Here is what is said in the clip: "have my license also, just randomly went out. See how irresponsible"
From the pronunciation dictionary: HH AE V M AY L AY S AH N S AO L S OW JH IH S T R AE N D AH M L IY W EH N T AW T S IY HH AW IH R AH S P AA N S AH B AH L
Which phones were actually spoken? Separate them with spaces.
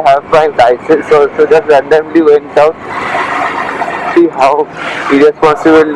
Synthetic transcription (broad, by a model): HH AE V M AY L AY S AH S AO S OW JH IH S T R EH N D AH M L IY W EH N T AW T S IY HH AW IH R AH S P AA N S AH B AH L